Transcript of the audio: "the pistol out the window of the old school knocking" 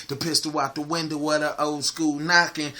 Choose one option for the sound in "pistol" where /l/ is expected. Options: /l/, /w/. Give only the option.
/w/